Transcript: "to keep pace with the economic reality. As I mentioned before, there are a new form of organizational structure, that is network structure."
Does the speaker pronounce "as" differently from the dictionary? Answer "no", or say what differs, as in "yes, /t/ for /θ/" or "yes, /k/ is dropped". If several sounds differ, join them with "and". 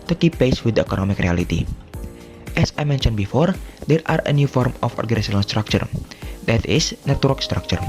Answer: yes, /s/ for /z/